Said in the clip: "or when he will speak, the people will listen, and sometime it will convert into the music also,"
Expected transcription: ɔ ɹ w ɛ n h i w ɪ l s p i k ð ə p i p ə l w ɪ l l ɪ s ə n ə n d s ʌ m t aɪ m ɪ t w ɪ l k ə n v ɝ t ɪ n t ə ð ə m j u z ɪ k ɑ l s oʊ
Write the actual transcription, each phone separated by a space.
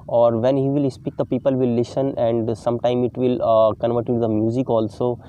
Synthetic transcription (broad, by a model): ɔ ɹ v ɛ n h i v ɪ l s p i k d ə p i p ə l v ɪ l l ɪ s ə n ə n d s ʌ m t aɪ m ɪ t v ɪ l k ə n v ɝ t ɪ t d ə m j u z ɪ k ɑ l s oʊ